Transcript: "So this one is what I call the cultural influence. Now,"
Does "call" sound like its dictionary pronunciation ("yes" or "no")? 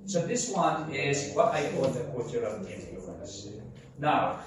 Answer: no